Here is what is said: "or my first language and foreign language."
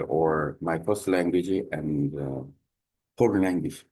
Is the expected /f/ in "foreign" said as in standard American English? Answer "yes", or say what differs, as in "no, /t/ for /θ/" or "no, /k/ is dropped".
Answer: no, /p/ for /f/